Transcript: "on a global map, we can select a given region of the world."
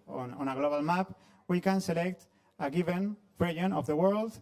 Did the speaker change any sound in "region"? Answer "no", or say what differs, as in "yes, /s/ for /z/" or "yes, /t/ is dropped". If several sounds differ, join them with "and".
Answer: yes, /dʒ/ is dropped